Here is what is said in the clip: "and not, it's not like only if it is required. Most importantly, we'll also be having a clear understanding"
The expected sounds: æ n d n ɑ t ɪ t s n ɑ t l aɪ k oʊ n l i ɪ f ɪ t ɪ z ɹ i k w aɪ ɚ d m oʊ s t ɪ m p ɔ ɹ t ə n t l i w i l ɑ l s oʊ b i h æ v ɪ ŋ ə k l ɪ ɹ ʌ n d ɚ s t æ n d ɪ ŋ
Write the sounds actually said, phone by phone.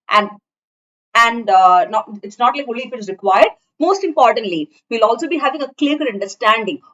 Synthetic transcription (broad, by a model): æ n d n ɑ ɪ t s n ɑ t l aɪ k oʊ l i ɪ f ɪ t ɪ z ɹ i k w aɪ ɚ d m oʊ s t ɪ m p ɔ ɹ t ə n t l i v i l ɑ l s oʊ b i h æ v ɪ ŋ ə k l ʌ ɹ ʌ n d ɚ s t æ n d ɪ ŋ